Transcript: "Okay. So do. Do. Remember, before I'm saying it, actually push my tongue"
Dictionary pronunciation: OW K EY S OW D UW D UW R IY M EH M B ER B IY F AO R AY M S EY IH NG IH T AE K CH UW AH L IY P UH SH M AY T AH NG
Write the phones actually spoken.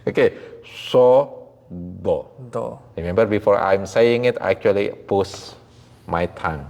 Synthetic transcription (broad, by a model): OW K EY S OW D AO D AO R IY M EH M B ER B IY F AO R AY M S EY IH NG IH T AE K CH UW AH L IY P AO S M AY T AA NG